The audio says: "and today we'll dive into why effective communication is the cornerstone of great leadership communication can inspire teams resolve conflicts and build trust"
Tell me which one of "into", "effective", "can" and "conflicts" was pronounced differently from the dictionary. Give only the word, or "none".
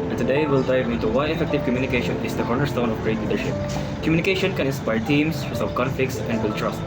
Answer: conflicts